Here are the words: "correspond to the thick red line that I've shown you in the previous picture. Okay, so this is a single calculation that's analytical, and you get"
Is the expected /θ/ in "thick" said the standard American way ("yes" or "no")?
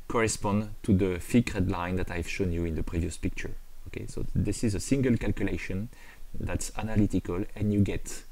no